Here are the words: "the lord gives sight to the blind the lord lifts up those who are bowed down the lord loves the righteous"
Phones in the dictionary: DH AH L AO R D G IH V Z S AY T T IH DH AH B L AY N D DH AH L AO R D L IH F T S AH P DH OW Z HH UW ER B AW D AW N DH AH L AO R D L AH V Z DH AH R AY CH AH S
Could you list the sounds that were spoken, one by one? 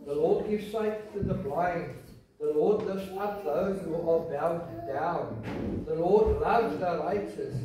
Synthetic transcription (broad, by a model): DH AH L AO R D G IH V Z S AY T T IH DH AH B L AY N D DH AH L AO R D L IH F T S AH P DH OW Z HH UW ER B AW D AW N DH AH L AO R D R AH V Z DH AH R AY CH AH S